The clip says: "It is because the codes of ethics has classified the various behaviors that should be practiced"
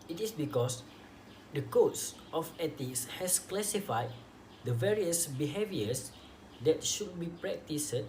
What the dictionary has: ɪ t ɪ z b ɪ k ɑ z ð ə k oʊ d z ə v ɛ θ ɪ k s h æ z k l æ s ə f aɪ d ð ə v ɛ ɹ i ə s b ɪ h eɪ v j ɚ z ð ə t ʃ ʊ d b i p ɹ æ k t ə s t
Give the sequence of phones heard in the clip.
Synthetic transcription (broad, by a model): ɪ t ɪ s b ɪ k ɑ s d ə k oʊ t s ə f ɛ t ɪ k s h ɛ s k l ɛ s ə f aɪ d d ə v ɛ ɹ i ə s b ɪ h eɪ v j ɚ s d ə t ʃ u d b i p ɹ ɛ k t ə s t